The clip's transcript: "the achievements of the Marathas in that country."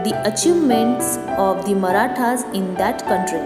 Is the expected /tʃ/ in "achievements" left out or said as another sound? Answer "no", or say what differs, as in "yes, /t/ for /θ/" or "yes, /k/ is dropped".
no